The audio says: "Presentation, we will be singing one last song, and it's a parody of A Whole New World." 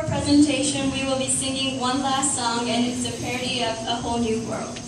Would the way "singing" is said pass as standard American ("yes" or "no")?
yes